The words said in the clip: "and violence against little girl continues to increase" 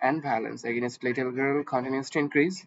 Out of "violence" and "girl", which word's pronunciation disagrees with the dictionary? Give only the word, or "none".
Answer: violence